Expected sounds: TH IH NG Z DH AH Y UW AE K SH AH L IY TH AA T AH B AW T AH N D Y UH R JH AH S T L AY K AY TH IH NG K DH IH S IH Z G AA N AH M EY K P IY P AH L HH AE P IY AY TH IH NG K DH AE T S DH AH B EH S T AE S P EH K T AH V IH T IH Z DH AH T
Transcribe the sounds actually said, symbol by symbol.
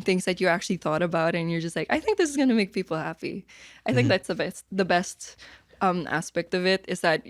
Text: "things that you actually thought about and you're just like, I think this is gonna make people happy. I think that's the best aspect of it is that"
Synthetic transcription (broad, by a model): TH IH NG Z DH AH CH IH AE K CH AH L IY TH AA T AH B AW T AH N Y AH R JH AH S T L AY K AY TH IH NG K DH IH S IH Z G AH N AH M EY K P IY P L HH AE P IY AY TH IH NG K DH AE T S DH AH B EH S T AE S P EH K T AH V IH T IH Z DH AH T